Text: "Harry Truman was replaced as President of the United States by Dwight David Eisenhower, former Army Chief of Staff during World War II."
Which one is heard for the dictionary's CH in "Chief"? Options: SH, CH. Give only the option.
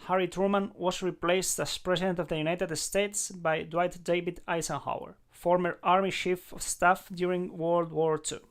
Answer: SH